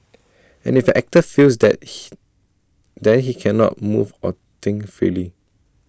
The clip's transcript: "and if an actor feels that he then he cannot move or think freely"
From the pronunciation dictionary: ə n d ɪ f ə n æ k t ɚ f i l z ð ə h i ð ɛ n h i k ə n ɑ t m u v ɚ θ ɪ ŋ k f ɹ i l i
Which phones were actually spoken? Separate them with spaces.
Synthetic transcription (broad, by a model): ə n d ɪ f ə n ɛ k t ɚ f i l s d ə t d ɛ n h i k ə n ɑ t m u v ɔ t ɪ ŋ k f ɹ i l i